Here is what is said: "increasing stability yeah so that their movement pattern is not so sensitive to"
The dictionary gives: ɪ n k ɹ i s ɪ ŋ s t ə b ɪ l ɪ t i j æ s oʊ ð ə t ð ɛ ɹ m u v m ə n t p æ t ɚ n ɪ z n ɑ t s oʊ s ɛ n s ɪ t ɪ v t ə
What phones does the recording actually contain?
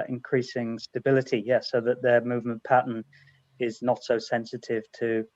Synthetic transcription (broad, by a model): ɪ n k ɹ i s ɪ ŋ s t ə b ɪ l ɪ t i j æ s oʊ ð ə t ð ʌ m u v m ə n p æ t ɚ n ɪ z n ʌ t s oʊ s ɛ n s ɪ t ɪ v t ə